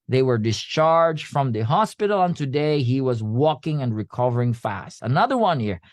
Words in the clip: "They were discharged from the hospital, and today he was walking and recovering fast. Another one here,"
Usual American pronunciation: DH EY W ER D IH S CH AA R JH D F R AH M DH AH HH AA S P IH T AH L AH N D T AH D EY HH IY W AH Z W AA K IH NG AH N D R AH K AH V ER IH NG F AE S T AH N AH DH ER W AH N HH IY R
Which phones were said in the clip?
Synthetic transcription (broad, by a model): DH EY W ER D IH S CH AA R JH D F R AH M DH AH HH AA S P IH T L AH N T AH D EY HH IY W AH Z W AA K IH NG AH N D R AH K AH V ER IH NG F AE S T AH N AH DH ER W AH N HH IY R